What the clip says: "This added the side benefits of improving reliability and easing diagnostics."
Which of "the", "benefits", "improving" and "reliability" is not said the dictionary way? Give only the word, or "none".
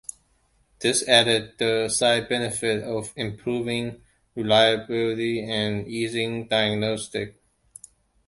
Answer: benefits